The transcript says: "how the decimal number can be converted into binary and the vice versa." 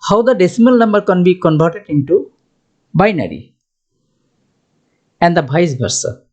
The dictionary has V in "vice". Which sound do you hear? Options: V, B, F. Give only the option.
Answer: B